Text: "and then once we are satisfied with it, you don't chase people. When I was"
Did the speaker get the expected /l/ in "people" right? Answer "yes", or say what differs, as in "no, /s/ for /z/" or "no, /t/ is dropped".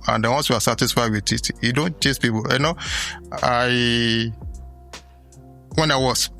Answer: no, /n/ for /l/